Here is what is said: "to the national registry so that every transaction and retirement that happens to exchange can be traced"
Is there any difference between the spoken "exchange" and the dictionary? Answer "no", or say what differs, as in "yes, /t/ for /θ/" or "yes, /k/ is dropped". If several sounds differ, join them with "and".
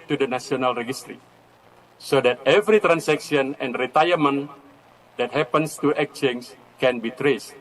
yes, /s/ is dropped